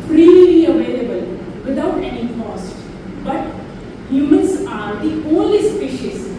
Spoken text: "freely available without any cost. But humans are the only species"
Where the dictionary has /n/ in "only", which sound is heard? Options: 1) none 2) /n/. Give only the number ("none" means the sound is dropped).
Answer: 1